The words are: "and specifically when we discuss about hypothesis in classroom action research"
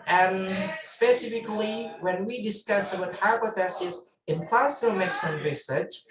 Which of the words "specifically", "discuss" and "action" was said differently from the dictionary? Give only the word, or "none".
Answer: action